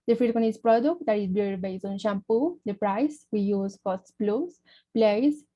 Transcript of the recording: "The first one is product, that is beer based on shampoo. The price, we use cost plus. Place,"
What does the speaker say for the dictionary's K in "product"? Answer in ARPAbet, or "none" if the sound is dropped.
K